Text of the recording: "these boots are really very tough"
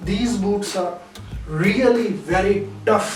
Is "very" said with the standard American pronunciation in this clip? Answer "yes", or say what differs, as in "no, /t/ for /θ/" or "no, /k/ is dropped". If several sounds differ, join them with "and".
yes